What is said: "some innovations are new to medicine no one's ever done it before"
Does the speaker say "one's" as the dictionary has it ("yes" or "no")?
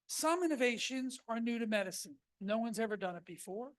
yes